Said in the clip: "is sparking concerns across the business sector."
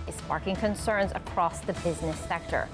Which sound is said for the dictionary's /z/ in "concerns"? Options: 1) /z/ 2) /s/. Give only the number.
1